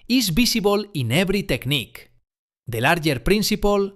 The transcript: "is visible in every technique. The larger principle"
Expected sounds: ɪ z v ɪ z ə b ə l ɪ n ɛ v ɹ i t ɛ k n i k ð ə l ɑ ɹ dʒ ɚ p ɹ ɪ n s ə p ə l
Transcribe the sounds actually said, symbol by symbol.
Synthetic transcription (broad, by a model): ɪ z b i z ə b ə l ɪ n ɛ b ɹ i t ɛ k n i k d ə l ɑ ɹ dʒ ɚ p ɹ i n s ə p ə l